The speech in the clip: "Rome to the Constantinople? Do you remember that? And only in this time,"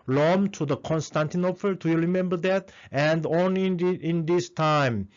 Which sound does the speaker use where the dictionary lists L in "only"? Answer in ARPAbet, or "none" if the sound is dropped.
N